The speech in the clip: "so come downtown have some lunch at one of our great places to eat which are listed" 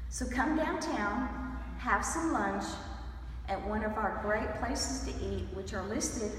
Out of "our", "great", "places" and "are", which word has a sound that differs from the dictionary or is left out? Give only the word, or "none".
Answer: none